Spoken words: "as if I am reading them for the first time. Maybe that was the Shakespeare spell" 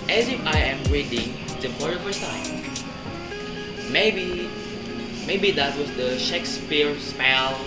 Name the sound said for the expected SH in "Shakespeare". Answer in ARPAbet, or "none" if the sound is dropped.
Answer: SH